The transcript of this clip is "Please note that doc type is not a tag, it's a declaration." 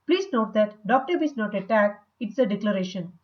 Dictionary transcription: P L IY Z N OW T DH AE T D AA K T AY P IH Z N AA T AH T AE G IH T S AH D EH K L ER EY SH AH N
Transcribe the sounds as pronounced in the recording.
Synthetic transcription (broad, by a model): P L IY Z N OW T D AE T D AA K T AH B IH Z N AA T AH T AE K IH T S AH D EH K L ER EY SH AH N